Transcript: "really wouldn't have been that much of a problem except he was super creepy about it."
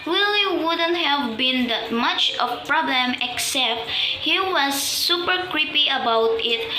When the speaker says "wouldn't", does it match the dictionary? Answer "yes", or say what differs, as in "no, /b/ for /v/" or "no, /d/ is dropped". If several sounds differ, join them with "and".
yes